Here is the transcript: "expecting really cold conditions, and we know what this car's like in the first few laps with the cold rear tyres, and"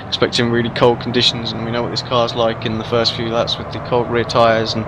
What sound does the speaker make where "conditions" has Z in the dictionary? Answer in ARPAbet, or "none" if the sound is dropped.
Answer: Z